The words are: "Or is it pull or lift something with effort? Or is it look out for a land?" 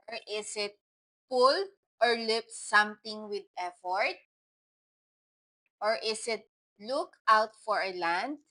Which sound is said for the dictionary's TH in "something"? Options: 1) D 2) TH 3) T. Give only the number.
3